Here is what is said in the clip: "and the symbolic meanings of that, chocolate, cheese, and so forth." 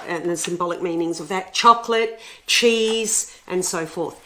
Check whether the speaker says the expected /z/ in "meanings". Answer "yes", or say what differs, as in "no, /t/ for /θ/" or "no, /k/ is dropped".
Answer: yes